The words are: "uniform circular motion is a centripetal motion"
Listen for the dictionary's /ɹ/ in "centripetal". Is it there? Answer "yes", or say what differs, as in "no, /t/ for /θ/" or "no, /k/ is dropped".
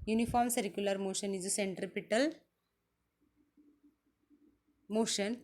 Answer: yes